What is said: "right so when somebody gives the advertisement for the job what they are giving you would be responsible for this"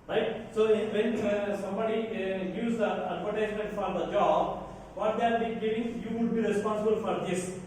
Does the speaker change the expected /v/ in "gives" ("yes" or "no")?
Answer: yes